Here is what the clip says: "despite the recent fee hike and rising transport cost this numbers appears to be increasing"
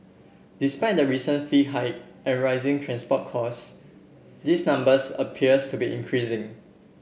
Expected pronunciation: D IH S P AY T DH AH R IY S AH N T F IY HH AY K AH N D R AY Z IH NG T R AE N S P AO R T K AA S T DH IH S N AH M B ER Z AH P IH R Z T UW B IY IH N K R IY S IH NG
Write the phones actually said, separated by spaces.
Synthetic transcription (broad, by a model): D IH S P AY T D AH R IY S AH N F IY HH AY AH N R AY Z IH NG T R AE N S P AO T K AA S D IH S N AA M B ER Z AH P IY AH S T UW B IY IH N K R IY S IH NG